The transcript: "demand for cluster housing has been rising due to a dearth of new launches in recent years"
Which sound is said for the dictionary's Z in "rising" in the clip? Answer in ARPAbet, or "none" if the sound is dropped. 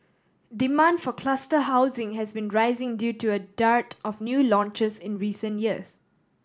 Z